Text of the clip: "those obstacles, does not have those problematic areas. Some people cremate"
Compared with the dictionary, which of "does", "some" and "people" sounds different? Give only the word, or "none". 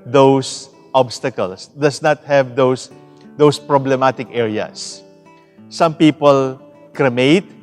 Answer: does